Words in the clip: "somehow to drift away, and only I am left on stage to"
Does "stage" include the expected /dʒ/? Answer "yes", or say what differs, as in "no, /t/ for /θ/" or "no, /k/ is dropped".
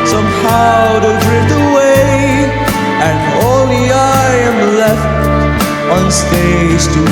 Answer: no, /z/ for /dʒ/